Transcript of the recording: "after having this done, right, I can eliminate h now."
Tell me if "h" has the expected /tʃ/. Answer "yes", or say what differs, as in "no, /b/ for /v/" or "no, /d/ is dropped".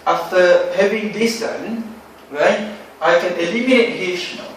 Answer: no, /ʃ/ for /tʃ/